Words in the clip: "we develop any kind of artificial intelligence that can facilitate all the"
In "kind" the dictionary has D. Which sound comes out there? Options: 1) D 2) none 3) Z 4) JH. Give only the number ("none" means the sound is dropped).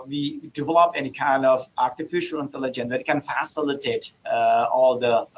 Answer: 1